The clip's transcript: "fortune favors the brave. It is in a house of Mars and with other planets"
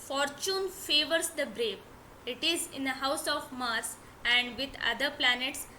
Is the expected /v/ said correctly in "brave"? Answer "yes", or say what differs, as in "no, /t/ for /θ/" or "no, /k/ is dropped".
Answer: no, /p/ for /v/